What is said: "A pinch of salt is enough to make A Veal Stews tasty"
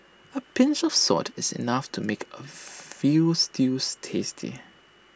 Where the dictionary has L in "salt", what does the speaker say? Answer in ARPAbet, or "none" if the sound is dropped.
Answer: none